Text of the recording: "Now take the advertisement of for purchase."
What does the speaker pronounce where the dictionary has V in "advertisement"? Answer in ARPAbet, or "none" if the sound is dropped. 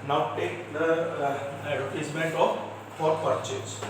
none